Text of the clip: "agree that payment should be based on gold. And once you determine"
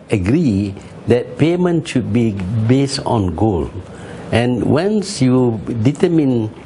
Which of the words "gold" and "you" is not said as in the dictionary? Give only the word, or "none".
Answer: gold